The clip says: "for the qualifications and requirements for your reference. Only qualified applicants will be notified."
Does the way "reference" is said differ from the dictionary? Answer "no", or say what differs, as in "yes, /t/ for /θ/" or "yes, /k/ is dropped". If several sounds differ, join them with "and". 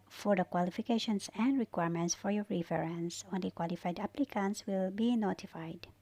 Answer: yes, /f/ is dropped